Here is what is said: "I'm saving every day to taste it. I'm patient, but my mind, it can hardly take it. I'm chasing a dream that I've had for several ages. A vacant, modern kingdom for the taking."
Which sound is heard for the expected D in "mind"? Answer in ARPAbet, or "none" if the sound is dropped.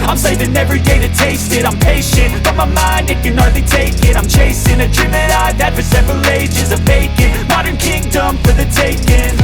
D